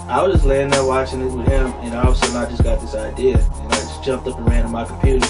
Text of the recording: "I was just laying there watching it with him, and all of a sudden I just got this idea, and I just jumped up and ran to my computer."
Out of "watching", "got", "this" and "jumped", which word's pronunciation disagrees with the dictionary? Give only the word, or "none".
none